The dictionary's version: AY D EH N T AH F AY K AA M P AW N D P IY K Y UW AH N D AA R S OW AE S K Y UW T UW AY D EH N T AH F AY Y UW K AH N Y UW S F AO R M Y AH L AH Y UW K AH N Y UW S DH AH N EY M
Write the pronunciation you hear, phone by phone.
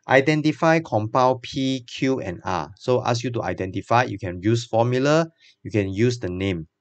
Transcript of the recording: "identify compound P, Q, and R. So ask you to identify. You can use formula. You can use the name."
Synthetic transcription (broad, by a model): AY D EH N T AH F AY K AA M P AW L P IY K Y UW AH N AA S OW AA S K Y UW T UW AY D EH N T AH F AY Y UW K AH N Y UW S F AO M Y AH L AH Y UW K AH N Y UW S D AH N EY M